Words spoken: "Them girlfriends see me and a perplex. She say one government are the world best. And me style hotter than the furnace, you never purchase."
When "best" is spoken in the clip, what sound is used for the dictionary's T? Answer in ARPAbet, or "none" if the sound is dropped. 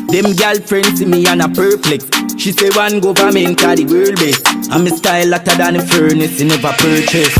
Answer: none